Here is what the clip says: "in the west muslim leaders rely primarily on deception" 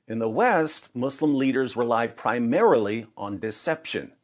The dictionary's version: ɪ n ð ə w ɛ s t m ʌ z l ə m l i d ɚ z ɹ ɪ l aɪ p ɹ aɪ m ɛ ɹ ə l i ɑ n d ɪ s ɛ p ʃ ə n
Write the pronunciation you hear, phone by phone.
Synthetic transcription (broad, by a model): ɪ n ð ə w ɛ s t m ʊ s l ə m l i d ɚ z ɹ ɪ l aɪ p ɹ aɪ m ɛ ɹ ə l i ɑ n d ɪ s ɛ p ʃ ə n